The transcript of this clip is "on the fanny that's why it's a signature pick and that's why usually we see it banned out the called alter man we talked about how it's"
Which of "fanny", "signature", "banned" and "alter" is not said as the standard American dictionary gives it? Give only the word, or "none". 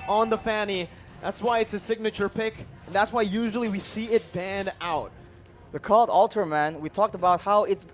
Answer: none